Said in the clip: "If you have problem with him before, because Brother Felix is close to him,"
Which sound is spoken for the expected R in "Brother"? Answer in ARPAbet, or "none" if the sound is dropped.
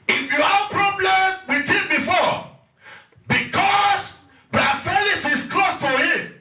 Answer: none